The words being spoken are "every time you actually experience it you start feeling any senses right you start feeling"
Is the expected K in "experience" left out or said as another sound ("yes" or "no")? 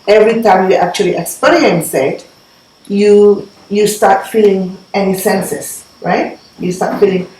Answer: yes